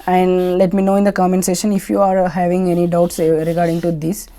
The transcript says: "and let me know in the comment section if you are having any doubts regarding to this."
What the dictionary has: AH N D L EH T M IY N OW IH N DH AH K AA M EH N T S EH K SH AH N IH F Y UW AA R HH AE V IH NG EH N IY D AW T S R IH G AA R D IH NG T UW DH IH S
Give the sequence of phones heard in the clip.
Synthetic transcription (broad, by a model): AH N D L EH T M IY N OW IH N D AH K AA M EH N S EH SH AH N IH F Y UW AA R HH AE V IH NG EH N IY D AW T S R IH G AA R D IH NG T UW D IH S